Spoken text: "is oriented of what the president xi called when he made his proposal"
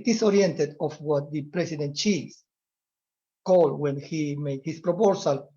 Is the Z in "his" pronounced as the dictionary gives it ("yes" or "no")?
no